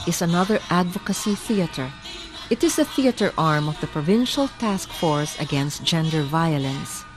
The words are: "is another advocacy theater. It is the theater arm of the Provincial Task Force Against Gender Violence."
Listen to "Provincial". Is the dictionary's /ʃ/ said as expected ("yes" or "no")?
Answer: yes